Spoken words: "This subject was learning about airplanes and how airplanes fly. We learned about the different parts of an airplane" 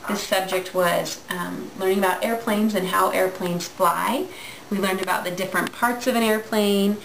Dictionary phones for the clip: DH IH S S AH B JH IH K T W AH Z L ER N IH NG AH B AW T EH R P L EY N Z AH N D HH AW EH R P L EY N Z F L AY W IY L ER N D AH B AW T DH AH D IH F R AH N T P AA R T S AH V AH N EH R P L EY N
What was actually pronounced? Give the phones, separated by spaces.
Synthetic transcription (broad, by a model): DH IH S S AH B JH IH K T W AH Z L ER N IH NG AH B AW T EH R P L EY N Z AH N HH AW EH R P L EY N Z F L AY W IY L ER N D AH B AW T DH AH D IH F R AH N P AA R T S AH V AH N EH R P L EY N